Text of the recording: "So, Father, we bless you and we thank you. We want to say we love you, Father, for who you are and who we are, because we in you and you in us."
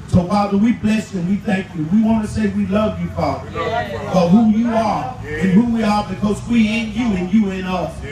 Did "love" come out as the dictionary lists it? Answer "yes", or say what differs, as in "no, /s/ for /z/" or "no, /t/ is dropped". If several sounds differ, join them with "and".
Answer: yes